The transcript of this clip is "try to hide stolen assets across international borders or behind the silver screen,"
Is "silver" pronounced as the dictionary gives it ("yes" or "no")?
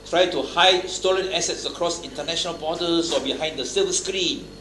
no